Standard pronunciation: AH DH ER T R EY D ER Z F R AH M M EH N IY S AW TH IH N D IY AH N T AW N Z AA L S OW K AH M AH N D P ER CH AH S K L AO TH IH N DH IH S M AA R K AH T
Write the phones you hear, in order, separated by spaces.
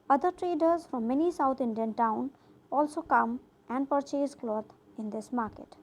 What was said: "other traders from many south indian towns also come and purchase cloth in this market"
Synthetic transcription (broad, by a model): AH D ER T R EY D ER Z F R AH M M EH N IY S AW T IH N D IY AH N T AW N AA L S OW K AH M AH N D P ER CH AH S K L AO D IH N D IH S M AA R K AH T